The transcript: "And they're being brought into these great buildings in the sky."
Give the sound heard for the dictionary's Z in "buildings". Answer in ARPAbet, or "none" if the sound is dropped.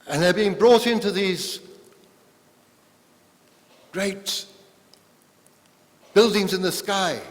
Z